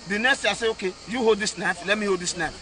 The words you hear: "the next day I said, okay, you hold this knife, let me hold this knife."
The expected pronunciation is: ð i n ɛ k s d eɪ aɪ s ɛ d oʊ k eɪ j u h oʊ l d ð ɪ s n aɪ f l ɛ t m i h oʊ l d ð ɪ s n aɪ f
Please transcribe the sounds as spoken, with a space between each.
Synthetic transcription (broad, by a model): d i n ɛ k s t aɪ s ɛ oʊ k eɪ j u h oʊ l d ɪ s n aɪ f l ɛ t m i h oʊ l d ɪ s n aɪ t